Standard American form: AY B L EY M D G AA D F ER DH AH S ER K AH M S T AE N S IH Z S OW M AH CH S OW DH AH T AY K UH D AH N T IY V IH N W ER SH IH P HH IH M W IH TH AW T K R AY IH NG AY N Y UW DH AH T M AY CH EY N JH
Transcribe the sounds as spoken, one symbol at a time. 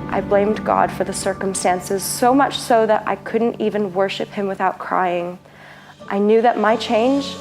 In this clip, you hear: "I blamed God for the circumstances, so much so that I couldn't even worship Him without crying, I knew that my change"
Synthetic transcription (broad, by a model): AY B L EY M D G AA D F ER DH AH S ER K AH M S T AE N S IH Z S OW M AH CH S OW DH AH T AY K UH D N T IY V IH N W ER SH IH P HH IH M W IH TH AW T K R AY IH NG AY N Y UW DH AH T M AY CH EY N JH